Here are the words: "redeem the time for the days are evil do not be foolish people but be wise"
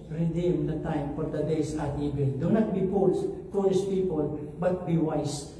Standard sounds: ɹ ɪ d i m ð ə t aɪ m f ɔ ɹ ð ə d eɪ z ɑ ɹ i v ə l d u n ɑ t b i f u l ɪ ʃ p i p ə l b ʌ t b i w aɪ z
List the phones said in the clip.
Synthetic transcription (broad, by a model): ɹ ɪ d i m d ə t aɪ m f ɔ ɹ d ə d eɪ s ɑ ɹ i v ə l d u n ɑ t b i p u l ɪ s p i p ə l b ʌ t b i w aɪ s